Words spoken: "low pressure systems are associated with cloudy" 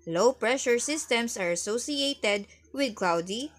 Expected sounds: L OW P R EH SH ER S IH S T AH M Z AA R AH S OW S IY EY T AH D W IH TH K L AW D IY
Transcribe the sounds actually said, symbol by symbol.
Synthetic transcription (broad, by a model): L OW P R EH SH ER S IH S T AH M S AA R AH S OW S IY EY T AH D W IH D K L AW D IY